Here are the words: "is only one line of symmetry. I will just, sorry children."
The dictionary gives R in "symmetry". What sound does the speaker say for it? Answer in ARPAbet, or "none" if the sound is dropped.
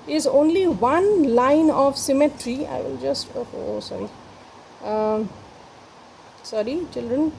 R